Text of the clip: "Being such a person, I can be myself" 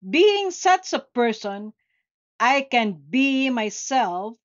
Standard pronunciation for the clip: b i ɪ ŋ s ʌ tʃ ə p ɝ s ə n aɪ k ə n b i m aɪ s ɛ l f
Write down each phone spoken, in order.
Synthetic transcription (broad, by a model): b i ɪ ŋ s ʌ s ə p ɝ s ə n aɪ k ə n b i m aɪ s ɛ l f